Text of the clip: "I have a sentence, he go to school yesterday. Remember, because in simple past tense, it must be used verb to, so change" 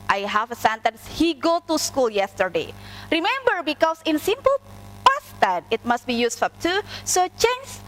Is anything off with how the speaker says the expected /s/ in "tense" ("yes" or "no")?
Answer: yes